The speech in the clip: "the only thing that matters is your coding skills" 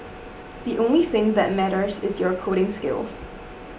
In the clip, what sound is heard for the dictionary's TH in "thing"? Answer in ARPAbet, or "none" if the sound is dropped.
TH